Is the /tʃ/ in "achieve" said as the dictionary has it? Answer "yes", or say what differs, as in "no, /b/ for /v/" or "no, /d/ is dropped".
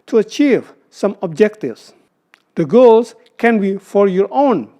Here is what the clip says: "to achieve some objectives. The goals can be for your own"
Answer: yes